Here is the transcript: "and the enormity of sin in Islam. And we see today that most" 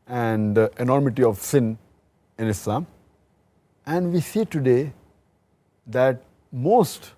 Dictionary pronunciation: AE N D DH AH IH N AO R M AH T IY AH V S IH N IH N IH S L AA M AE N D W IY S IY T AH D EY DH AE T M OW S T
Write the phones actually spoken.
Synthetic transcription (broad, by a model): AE N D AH N AO R M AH T IY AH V S IH N IH N IH S L AA M AE N D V IY S IY T AH D EY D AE T M OW S T